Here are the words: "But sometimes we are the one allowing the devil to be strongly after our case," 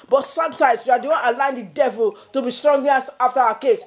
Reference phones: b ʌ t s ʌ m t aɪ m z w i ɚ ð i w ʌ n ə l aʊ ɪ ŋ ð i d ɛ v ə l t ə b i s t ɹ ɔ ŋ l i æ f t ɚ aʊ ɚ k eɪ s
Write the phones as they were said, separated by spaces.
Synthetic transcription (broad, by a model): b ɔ t s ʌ m t aɪ m s w i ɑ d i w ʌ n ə l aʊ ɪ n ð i d ɛ v ə l t ə b i s t ɹ ɔ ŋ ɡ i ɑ f t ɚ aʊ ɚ k eɪ s